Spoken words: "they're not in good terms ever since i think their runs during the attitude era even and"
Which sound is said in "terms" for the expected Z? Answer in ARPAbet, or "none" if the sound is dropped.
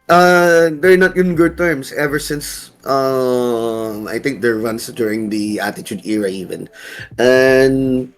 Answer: S